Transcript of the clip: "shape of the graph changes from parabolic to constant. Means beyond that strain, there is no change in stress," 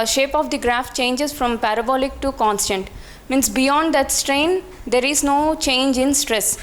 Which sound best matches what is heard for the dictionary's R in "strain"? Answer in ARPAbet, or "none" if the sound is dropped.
R